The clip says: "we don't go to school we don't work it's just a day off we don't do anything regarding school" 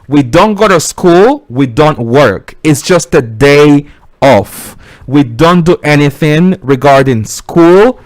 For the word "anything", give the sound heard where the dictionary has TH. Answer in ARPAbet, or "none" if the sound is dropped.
TH